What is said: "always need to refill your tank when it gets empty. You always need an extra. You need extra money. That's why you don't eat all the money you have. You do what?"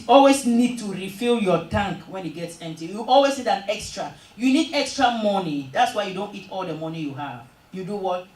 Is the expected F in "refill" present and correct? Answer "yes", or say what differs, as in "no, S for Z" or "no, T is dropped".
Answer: yes